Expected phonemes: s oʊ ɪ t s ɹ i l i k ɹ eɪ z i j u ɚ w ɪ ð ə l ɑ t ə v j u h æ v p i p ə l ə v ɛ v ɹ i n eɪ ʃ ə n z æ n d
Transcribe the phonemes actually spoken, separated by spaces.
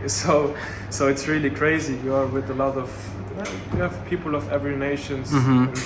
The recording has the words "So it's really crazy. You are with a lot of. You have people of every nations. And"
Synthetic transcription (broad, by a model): s oʊ ɪ t s ɹ i l i k ɹ eɪ z i j u ɚ w ɪ ð ə l ɑ t ə v j u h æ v p i p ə l ə v ɛ v ɹ i n eɪ ʃ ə n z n